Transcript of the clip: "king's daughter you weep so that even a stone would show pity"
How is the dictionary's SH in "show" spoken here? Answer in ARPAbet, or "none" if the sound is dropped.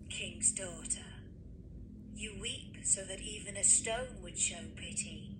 SH